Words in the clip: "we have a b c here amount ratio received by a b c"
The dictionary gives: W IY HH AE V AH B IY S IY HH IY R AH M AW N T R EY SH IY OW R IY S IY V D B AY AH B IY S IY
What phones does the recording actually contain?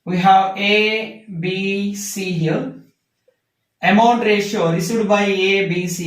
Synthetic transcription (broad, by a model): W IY HH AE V AH B IY S IY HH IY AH M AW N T R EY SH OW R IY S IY D B AY AH B IY S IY